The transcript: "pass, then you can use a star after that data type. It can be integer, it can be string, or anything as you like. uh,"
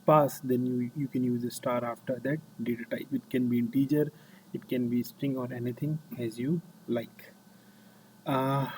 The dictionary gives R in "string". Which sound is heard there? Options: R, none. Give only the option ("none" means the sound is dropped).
R